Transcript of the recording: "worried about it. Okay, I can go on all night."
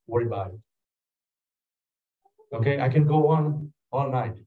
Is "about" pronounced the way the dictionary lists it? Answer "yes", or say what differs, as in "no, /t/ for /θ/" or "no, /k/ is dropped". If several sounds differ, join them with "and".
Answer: no, /t/ is dropped